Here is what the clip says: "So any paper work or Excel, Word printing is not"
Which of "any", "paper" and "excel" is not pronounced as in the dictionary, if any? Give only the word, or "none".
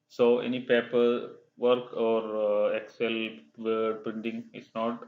none